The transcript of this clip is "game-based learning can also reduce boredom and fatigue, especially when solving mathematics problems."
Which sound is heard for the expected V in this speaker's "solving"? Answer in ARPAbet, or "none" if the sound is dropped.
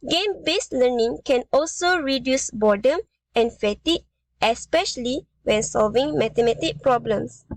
V